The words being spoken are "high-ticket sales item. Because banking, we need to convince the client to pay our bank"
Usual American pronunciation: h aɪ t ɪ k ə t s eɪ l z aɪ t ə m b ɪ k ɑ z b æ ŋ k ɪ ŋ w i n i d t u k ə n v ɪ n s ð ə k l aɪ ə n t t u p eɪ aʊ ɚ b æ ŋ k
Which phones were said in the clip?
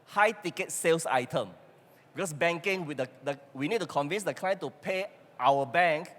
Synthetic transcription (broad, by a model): h aɪ t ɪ k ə t s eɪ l s aɪ t ə m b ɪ k ɑ s b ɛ ŋ k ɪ ŋ w i n i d t u k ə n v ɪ n s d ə k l aɪ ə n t t u p eɪ aʊ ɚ b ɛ ŋ k